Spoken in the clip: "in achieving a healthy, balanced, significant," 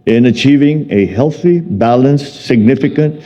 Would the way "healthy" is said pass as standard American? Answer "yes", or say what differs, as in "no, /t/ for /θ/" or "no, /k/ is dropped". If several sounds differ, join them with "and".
yes